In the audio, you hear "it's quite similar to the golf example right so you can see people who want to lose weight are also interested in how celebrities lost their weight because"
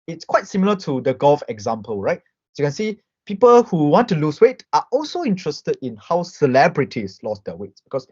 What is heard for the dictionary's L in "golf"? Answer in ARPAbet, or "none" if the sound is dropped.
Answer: L